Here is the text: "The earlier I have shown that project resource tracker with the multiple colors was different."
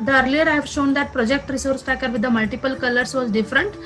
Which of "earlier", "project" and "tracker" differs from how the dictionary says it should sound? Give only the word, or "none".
tracker